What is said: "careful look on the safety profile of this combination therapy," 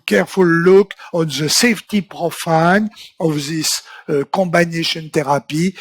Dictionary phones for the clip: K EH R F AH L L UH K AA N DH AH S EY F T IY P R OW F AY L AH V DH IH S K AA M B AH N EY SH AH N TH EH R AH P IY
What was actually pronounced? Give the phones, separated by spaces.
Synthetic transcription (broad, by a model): K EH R F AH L L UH K AA N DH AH S EY F T IY P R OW F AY N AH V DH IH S K AA M B AH N EY SH AH N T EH R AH P IY